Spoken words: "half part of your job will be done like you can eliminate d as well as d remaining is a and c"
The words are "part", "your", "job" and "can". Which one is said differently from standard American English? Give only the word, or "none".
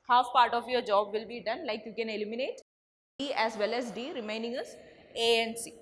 none